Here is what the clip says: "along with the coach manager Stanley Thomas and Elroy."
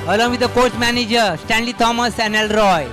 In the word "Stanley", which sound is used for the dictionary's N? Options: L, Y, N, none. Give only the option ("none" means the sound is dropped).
N